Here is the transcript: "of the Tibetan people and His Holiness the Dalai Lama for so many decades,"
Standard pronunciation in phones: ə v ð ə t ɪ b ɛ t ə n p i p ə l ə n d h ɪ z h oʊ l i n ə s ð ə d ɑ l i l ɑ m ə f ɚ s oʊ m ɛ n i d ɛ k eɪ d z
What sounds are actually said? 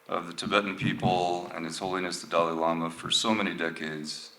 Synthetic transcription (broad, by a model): ə v ð ə t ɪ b ɛ t n p i p l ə n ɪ s h oʊ l i n ə s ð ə d ɑ l i l ɑ m ə f ɚ s oʊ m ɛ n i d ɛ k eɪ d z